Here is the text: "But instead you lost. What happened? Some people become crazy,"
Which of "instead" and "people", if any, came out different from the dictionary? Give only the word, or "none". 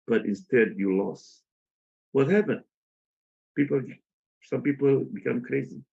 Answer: none